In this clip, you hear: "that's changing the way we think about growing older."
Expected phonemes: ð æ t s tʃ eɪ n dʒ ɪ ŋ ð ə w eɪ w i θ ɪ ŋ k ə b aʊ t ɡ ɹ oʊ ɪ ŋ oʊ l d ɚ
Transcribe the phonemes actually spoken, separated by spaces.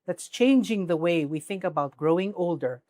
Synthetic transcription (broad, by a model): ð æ t s tʃ eɪ n dʒ ɪ ŋ ð ə w eɪ w i θ ɪ ŋ k ə b aʊ t ɡ ɹ oʊ ɪ ŋ oʊ l d ɚ